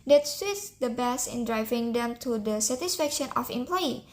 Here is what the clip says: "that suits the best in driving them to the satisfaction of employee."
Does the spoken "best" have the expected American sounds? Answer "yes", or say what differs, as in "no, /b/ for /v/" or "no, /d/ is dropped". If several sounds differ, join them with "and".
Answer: no, /t/ is dropped